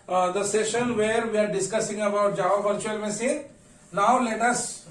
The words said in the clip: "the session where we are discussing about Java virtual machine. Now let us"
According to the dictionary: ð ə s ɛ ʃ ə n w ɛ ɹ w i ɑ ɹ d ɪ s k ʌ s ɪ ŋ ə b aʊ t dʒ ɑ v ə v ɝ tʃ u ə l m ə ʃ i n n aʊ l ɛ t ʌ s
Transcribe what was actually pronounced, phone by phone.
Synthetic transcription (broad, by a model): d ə s ɛ ʃ ə n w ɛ ɹ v i ɑ ɹ d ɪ s k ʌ s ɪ ŋ ə b aʊ t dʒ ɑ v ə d tʃ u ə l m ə s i n n aʊ l ɛ t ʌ s